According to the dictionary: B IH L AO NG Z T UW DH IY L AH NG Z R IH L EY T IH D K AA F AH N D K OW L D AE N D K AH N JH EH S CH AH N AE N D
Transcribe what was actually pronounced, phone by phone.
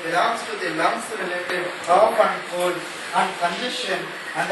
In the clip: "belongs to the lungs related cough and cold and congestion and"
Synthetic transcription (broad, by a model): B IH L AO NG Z T UW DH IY L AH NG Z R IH L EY T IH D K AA P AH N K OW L AE N D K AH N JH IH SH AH N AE N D